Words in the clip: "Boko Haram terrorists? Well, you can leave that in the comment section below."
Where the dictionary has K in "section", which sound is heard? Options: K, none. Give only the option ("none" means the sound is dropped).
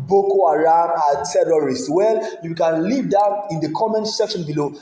K